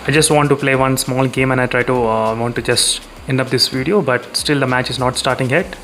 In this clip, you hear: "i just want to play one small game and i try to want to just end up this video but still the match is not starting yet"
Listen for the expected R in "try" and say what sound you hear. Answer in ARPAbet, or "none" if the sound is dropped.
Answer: R